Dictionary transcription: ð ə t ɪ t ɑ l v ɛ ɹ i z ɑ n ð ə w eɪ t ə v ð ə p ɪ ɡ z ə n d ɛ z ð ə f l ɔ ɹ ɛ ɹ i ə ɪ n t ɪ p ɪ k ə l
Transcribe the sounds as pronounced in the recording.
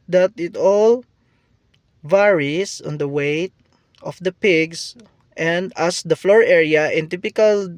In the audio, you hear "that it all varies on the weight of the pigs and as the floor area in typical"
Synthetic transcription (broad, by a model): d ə t ɪ t ɑ l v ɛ ɹ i s ɑ n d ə w eɪ t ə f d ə p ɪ ɡ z ə n d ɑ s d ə f l ɔ ɹ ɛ ɹ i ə ɪ n t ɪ p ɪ k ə l